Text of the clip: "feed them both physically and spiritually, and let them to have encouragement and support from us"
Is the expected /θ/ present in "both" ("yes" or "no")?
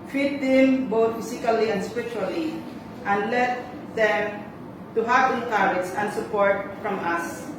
no